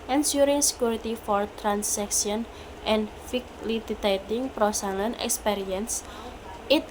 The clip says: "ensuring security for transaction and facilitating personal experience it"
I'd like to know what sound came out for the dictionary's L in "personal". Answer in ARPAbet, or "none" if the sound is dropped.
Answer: N